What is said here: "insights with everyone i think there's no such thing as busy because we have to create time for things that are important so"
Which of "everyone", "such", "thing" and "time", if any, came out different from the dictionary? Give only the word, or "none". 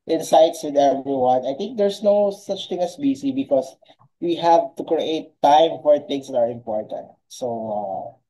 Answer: thing